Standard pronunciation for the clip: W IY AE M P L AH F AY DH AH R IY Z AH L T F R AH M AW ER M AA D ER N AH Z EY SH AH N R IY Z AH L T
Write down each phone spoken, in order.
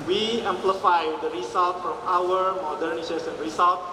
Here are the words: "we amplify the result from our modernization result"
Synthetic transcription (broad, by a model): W IY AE M P L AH F AY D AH R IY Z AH L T F R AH M AW ER M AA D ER N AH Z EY S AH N R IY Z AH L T